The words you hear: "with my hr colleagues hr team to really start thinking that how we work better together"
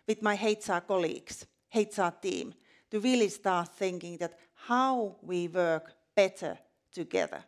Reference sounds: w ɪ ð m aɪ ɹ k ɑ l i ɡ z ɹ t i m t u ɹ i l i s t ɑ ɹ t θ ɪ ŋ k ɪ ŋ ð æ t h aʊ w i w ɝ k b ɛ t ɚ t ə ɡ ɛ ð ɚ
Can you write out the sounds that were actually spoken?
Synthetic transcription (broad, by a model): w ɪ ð m aɪ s k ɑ l i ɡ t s t i m t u ɹ i l i s t ɑ ɹ t θ ɪ ŋ k ɪ ŋ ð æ t h aʊ w i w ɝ k b ɛ t ɚ t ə ɡ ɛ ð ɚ